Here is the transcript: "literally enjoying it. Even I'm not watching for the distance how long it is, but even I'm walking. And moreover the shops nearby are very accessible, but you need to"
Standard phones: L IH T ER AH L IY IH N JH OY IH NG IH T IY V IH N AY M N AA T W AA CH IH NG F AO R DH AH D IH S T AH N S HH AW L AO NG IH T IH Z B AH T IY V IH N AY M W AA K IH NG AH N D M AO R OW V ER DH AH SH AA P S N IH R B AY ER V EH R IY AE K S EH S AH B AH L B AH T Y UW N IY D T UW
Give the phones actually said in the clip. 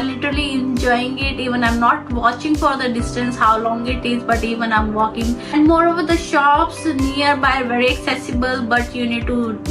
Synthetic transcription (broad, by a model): L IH T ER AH L IY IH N JH OY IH NG IH T IY V IH N AY M N AA T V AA CH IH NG F AO R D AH D IH S T AH N S HH AW L AO NG IH T IH Z B AH T IY V IH N AY M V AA K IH NG AH N D M AO R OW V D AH SH AA P S N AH R B AY V EH R IY AE K S EH S AH B AH L B AH T Y UW N IY D T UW